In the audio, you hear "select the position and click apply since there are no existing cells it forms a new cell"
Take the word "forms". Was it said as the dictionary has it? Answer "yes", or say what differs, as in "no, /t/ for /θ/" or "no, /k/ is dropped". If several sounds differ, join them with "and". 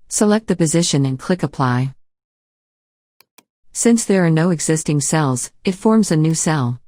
yes